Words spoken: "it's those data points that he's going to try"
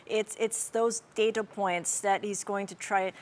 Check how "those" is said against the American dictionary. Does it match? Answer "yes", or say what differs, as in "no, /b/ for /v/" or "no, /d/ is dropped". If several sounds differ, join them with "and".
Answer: yes